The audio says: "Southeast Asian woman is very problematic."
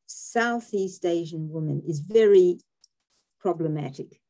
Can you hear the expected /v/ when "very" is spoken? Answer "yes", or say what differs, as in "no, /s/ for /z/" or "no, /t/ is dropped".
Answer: yes